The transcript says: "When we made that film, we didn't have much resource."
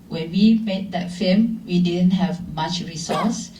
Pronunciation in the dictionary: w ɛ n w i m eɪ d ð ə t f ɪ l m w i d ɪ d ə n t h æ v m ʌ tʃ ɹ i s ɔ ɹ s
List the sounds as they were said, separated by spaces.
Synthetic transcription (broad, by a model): w ɛ n w i m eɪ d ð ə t f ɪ m w i d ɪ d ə n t h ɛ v m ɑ tʃ ɹ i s ɔ s